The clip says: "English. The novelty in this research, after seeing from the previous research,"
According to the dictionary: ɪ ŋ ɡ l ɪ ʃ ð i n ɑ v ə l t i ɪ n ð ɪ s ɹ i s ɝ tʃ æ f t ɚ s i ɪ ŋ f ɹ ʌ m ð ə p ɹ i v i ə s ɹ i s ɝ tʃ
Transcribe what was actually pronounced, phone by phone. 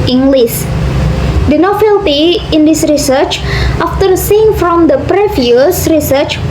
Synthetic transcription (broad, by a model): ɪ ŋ ɡ l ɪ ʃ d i n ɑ f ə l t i ɪ n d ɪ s ɹ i s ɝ tʃ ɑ f t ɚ s i ɪ ŋ f ɹ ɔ m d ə p ɹ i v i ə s ɹ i s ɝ tʃ